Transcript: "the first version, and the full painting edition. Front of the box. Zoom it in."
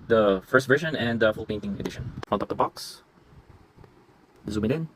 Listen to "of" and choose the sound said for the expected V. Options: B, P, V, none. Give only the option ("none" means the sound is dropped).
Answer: P